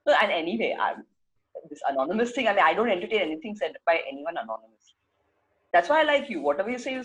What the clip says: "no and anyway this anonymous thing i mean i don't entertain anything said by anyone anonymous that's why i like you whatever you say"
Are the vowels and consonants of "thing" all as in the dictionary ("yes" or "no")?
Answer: no